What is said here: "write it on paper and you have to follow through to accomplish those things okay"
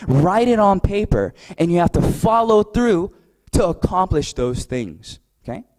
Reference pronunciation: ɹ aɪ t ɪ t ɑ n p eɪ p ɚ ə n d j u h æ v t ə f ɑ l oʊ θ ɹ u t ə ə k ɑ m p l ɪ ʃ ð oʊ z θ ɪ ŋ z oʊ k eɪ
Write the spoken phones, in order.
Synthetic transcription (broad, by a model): ɹ aɪ t ɪ t n p eɪ p ɚ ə n j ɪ h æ f t ə f ɑ l oʊ θ ɹ u t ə ə k ɑ m p l ɪ ʃ ð oʊ z θ ɪ ŋ z oʊ k eɪ